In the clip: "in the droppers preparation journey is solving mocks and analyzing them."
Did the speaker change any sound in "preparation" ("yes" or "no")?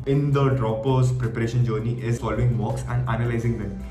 no